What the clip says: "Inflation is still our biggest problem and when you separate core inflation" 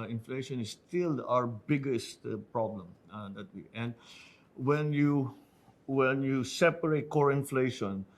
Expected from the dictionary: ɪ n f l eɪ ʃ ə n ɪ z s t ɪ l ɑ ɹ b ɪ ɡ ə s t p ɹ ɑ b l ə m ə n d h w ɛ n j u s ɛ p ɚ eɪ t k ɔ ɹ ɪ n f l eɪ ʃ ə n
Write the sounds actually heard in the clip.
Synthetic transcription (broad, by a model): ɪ n f l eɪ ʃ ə n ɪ s t ɪ l ɑ ɹ b ɪ ɡ ə s t p ɹ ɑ b l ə m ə n d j w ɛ n j u s ɛ p ɚ eɪ t k ɔ ɹ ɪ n f l eɪ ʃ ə n